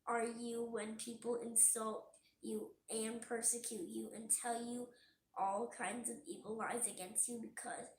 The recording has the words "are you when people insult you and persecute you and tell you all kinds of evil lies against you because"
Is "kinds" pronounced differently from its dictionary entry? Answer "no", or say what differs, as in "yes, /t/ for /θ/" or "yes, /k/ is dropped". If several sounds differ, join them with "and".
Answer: no